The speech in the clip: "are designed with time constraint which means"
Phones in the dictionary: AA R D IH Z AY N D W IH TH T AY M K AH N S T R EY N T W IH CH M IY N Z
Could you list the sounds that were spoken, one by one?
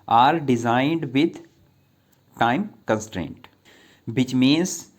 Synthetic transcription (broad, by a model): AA R D IH Z AY N D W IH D T AY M K AH N S T R EY N T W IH CH M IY N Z